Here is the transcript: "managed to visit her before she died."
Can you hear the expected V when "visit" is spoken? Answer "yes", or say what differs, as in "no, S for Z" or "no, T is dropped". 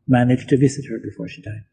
yes